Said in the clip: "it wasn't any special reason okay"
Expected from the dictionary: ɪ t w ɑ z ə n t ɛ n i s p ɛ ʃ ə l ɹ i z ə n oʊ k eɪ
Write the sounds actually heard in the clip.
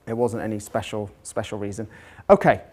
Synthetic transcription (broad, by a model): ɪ t w ɑ z ə n t ɛ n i s p ɛ ʃ ə l ɹ i z ə n oʊ k eɪ